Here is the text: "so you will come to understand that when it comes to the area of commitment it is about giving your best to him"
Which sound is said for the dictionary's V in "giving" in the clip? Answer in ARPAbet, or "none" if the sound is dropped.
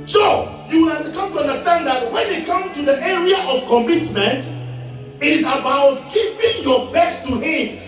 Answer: P